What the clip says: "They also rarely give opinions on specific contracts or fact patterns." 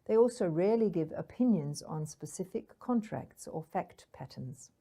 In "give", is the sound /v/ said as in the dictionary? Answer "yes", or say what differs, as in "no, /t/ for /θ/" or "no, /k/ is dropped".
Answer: yes